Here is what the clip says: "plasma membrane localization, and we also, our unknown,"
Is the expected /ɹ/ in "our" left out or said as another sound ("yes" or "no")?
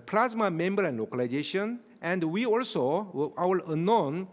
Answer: yes